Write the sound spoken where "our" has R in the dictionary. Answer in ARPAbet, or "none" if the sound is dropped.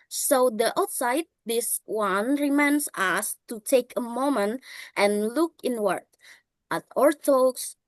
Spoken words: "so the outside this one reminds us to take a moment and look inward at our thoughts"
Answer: R